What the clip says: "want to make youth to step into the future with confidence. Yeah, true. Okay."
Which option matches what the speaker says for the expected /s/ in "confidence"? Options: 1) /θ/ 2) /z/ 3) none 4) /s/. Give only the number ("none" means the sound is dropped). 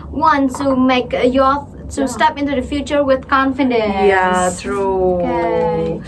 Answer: 3